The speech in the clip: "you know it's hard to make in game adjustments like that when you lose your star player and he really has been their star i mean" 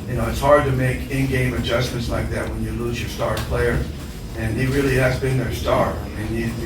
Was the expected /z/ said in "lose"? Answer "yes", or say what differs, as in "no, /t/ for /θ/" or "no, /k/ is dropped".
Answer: yes